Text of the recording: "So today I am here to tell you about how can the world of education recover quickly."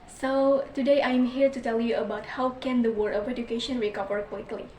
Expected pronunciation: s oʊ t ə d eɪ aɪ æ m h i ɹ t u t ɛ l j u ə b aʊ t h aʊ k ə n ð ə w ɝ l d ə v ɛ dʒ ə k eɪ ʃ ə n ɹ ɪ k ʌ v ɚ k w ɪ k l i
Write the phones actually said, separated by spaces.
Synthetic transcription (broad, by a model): s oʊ t ə d eɪ aɪ m h i ɹ t u t ɛ l j u ə b aʊ t h aʊ k ə n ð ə w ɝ d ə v ɛ dʒ ə k eɪ ʃ ə n ɹ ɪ k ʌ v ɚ k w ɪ k l i